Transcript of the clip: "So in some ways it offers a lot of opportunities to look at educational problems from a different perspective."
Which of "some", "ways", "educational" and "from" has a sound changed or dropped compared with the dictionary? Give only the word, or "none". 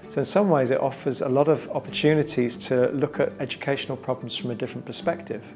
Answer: none